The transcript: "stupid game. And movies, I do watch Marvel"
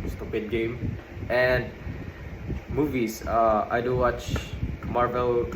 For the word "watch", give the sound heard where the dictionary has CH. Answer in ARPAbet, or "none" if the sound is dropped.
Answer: CH